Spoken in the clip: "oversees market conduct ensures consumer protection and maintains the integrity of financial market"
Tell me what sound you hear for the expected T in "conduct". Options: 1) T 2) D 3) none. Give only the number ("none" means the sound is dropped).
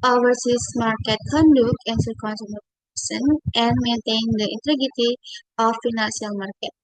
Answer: 3